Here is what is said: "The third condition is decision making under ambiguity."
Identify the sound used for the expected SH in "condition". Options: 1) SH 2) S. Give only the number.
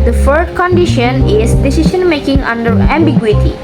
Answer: 1